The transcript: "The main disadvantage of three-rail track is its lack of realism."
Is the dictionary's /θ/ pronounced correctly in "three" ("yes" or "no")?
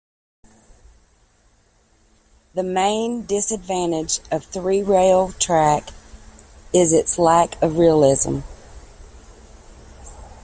yes